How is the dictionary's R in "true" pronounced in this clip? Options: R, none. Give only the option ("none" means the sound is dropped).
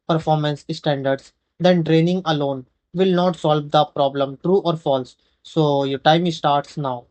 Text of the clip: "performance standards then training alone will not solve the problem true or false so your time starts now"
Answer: R